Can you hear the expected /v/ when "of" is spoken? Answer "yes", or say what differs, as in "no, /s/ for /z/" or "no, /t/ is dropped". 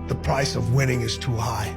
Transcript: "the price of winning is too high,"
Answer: yes